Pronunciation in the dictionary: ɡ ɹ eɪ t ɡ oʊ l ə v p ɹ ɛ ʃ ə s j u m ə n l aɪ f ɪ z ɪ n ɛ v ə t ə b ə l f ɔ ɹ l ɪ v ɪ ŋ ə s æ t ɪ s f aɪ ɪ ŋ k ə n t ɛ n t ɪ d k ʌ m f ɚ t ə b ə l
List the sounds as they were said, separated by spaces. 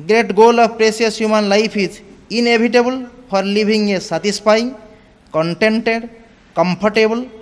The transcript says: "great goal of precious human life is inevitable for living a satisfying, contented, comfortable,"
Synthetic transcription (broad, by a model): ɡ ɹ eɪ t ɡ oʊ l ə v p ɹ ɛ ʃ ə s j u m ə n l aɪ p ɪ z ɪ n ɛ b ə t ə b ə l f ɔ ɹ l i b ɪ ŋ ə s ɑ t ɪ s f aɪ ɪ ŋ k ə n t ɛ n t ɪ d k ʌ m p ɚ t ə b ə l